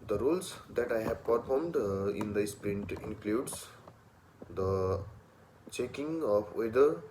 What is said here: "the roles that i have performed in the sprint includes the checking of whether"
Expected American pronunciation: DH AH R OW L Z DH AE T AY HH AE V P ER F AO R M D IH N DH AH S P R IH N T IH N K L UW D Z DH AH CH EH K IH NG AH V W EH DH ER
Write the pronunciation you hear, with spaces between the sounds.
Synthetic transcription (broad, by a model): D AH R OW L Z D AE T AY HH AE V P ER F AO R M D IH N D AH S P R IH N T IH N K L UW D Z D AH CH EH K IH NG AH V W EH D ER